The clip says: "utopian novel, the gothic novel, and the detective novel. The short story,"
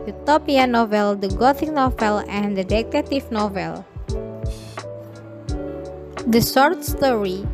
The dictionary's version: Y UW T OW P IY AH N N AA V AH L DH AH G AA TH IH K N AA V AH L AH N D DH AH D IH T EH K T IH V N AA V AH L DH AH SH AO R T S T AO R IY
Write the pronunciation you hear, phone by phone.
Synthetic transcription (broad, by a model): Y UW T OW P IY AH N N AA V AH L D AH G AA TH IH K N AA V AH L AH N D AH D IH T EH T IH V N AA V AH L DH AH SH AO R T S T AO R IY